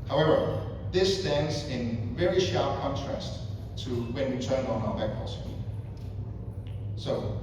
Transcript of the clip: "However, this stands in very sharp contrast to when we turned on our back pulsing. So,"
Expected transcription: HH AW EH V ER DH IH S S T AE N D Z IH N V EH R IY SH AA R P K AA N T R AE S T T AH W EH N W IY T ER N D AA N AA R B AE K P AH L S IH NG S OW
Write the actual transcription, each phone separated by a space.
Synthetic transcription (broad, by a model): HH AW EH V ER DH IH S S T AE N D Z IH N V EH R IY SH AA R P K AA N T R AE S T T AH W EH N W IY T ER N AA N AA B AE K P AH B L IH S OW